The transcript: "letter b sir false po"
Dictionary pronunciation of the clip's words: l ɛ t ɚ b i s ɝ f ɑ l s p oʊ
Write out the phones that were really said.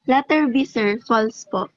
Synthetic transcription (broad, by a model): l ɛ t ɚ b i s ɝ f ɑ l s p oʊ